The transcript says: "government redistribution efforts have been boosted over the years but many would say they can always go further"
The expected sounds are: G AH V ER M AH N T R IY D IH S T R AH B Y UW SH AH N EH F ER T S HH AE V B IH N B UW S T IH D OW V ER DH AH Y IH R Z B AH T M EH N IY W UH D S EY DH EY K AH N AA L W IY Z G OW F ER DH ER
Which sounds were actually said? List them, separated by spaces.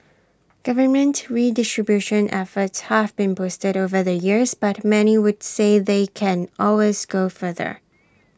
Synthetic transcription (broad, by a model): G AH V ER M AH N T R IY D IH S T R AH B Y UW SH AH N EH F ER T S HH AE V B IH N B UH S T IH D OW V ER DH AH Y IH R Z B AH T M EH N IY W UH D S EY DH EY K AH N AA L W IY Z G OW F ER DH ER